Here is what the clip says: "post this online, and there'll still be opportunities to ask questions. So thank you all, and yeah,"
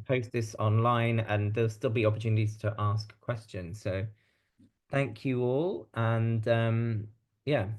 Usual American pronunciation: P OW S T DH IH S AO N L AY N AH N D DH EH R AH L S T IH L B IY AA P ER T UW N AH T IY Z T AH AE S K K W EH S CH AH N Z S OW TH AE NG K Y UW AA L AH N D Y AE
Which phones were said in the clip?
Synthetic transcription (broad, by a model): P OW S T DH IH S AO N L AY N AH N DH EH AH L S T IH L B IY AA P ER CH UW N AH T IY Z T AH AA S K K W EH S CH AH N Z S OW TH AE NG K Y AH AA L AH N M Y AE